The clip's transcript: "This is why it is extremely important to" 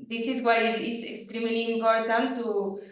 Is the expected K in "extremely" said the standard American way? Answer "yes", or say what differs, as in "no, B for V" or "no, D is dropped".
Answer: yes